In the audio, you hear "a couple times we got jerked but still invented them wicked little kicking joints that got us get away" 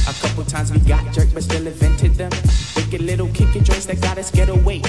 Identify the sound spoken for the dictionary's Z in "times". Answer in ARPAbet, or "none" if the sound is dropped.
Z